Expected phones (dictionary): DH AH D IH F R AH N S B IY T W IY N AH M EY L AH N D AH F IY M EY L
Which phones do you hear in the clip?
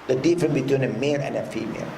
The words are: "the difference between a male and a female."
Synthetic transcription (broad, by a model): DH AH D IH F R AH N B IY T W IY N AH M EY L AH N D AH F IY M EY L